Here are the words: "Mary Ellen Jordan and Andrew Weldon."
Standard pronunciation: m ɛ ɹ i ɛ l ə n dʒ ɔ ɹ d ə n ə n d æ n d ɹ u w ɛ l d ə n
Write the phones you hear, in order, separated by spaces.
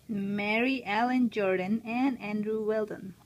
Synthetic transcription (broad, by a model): m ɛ ɹ i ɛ l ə n dʒ ɔ ɹ d ə n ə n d æ n d ɹ u w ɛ l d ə n